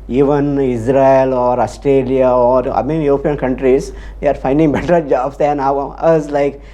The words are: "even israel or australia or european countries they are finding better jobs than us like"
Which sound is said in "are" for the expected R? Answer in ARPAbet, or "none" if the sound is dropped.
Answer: R